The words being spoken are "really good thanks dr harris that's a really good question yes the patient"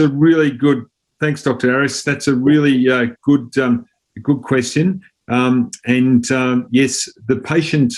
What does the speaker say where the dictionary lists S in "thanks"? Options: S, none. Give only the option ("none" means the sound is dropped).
S